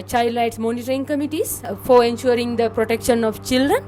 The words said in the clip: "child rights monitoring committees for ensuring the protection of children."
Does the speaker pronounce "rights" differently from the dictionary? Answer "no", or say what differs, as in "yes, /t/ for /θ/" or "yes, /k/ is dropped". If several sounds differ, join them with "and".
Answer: yes, /l/ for /ɹ/